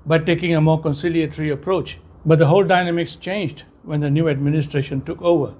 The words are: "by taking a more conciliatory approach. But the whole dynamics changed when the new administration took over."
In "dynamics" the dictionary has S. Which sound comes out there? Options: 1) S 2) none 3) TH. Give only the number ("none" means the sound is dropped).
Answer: 1